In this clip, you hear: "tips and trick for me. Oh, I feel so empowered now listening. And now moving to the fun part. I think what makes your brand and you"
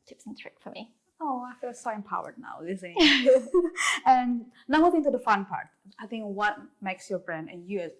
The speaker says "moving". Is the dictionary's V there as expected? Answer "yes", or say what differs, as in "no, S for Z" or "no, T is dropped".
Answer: no, V is dropped